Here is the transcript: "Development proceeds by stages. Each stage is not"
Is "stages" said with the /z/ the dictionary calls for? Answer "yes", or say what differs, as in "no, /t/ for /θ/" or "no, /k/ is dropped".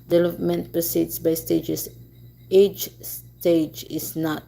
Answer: no, /s/ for /z/